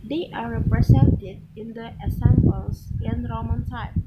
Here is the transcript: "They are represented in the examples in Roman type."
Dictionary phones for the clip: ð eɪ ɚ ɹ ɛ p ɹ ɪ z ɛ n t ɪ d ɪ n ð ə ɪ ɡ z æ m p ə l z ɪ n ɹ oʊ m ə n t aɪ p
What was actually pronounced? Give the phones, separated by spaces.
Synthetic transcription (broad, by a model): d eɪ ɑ ɹ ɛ p ɹ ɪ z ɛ n t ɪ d ɪ n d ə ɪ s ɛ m b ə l s ɪ n ɹ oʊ m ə n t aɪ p